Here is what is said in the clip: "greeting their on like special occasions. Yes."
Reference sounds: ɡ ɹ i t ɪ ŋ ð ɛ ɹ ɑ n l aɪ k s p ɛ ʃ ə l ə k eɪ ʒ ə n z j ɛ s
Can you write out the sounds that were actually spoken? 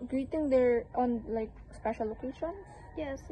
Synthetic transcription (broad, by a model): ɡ ɹ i t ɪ ŋ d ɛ ɹ ɑ n l aɪ k s p ɛ ʃ ə l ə k eɪ ʃ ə n s j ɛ s